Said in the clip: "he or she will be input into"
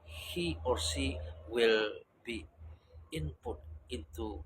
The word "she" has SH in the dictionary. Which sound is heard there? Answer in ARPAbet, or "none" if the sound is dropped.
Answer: S